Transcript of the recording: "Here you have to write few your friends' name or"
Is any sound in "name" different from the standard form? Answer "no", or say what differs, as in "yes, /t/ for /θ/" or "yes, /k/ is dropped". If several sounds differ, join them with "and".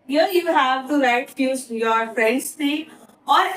yes, /m/ is dropped